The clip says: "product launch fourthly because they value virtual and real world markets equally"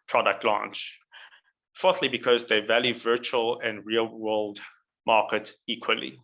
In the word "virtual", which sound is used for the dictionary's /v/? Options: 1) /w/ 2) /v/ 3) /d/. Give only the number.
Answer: 2